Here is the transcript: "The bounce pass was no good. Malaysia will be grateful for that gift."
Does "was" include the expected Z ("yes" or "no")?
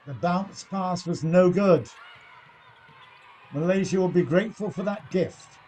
yes